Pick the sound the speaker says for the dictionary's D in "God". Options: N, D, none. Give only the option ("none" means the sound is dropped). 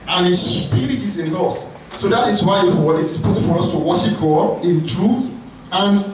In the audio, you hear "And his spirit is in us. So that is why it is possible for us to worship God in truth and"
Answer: none